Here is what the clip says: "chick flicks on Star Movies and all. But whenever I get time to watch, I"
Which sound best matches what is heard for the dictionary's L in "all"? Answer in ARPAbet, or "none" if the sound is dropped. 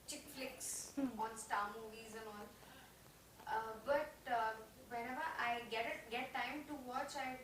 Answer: N